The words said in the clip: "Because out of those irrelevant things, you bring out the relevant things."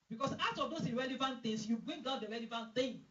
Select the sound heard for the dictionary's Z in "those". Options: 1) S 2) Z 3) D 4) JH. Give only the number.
1